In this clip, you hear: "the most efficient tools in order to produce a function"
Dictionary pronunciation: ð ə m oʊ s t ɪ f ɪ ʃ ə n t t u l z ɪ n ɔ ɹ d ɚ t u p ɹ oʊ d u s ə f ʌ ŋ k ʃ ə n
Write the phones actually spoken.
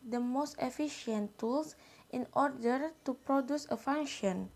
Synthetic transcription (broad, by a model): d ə m oʊ s t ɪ f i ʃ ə n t t u l s ɪ n ɔ ɹ d ɚ t u p ɹ oʊ d u s ə f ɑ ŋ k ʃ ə n